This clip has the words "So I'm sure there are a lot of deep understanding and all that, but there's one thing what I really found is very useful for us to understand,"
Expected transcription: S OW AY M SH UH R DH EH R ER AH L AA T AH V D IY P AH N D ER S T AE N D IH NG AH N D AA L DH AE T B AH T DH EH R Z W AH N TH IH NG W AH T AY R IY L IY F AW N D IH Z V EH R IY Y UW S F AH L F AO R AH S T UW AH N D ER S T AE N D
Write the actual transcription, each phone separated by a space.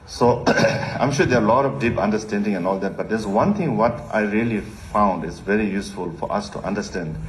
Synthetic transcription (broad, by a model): S OW AY M SH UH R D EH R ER AH L AA T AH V D IY P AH N D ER S T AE N D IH NG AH N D AA L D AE T B AH T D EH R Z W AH N T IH NG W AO T AY R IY L IY F AW N D IH Z V EH R IY Y UW S F AH L F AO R AH S T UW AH N D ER S T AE N D